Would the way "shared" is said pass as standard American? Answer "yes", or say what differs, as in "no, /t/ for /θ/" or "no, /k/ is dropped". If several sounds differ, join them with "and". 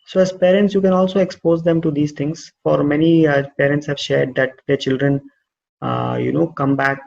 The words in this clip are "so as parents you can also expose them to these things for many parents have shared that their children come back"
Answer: yes